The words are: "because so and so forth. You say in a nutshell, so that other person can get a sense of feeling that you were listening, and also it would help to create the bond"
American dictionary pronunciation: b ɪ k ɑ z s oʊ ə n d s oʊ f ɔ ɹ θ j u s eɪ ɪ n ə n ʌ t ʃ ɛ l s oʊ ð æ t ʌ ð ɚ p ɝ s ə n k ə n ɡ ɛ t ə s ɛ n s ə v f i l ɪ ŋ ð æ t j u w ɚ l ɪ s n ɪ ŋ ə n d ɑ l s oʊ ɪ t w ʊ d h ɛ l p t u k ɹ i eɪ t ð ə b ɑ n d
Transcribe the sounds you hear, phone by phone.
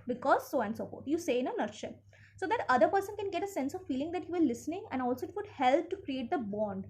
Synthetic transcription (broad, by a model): b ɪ k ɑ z s oʊ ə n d s oʊ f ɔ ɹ t j u s eɪ ɪ n ə n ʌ t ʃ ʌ n s oʊ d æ t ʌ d ɚ p ɝ s ə n k ə n ɡ ɛ t ə s ɛ n s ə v f i l ɪ ŋ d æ t j u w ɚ l ɪ s n ɪ ŋ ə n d ɑ l s oʊ ɪ t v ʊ d h ɛ l p t u k ɹ i eɪ t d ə b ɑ n d